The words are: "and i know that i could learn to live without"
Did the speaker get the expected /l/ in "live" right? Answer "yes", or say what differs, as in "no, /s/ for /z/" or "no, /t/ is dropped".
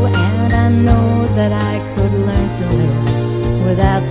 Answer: no, /n/ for /l/